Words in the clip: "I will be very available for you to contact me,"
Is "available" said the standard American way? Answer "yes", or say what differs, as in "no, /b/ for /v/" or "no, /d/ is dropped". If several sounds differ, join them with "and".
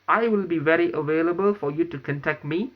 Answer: yes